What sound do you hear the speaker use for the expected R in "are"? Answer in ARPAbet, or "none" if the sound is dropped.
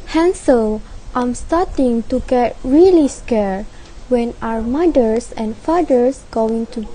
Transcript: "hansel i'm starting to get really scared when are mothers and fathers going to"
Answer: W